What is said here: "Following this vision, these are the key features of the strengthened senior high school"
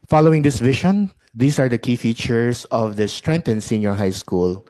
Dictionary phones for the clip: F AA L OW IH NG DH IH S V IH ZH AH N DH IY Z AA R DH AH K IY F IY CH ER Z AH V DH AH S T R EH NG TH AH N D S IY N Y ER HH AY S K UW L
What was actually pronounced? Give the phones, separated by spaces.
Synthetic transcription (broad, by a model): F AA L OW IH NG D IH S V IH SH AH N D IY S AA R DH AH K IY F IY CH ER S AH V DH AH S T R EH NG T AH N S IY N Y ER HH AY S K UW L